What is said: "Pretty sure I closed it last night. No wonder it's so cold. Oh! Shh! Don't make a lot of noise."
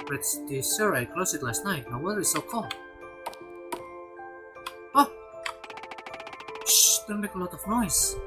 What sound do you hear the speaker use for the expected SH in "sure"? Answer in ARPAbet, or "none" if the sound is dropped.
S